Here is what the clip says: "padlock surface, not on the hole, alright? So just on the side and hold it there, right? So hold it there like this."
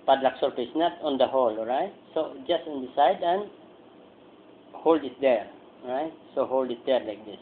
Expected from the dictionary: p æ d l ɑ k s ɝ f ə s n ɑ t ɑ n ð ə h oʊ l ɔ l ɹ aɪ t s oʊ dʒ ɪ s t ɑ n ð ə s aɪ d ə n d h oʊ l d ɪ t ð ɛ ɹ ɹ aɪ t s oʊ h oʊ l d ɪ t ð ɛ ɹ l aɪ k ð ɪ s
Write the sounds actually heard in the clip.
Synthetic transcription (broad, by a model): p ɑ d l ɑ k s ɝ p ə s n ɑ t ɑ n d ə h oʊ l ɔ ɹ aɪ t s oʊ dʒ ɪ s t ɑ n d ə s aɪ d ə n h oʊ l d ɪ t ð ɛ ɹ ɹ aɪ t s oʊ h oʊ l d ɪ t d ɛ ɹ l aɪ k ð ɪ s